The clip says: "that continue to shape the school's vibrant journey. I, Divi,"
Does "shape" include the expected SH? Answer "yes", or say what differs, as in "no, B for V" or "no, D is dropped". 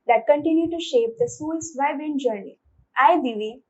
yes